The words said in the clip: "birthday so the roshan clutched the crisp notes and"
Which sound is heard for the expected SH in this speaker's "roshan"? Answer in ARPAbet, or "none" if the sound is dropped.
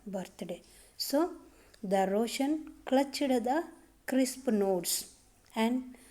SH